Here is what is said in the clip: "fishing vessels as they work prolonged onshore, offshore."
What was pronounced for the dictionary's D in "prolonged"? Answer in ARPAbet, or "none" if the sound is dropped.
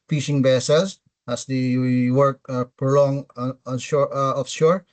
none